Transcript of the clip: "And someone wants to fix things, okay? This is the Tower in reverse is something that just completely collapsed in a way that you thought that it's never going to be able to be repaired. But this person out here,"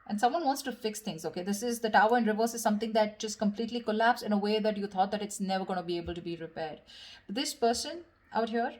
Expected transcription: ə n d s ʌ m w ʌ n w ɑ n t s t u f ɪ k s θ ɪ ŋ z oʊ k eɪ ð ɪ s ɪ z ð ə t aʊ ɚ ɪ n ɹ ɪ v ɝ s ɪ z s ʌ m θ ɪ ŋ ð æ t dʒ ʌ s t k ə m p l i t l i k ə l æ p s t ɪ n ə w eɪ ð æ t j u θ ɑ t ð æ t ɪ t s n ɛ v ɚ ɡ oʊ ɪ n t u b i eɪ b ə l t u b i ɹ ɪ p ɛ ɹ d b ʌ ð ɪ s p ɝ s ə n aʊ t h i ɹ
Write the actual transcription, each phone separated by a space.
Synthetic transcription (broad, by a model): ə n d s ʌ m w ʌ n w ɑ n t s t u f ɪ k s t ɪ ŋ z oʊ k eɪ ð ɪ s ɪ z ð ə t aʊ ɚ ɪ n ɹ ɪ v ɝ s ɪ z s ʌ m t ɪ ŋ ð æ t dʒ ʌ s t k ə m p l i t l i k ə l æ p s ɪ n ə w eɪ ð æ t j u t ɑ t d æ t ɪ t s n ɛ v ɚ ɡ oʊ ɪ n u b i eɪ b ə l t u b i ɹ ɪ p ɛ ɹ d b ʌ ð ɪ s p ɝ s ə n aʊ t h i ɹ